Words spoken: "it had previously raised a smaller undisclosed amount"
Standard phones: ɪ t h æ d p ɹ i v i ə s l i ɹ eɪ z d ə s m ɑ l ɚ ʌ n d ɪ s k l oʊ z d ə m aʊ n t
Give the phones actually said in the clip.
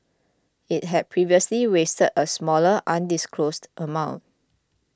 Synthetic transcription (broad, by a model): ɪ t h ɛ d p ɹ i v i ə s l i w eɪ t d ə s m ɑ l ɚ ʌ n d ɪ s k l oʊ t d ə m aʊ n t